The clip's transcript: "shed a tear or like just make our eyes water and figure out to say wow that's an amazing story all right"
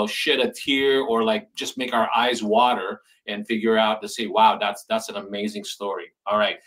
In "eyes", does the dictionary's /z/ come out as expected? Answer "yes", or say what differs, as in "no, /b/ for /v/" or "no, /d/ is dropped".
yes